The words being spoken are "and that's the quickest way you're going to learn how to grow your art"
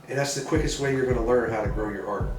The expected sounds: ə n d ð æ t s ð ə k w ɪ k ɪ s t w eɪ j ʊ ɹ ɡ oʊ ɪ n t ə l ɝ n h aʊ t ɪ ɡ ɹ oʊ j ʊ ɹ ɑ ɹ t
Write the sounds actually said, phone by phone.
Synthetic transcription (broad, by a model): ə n ð æ t s ð ə k w ɪ k ɪ s t w eɪ j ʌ ɹ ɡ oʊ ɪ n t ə l ɝ n h aʊ t ɪ ɡ ɹ oʊ j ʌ ɹ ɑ ɹ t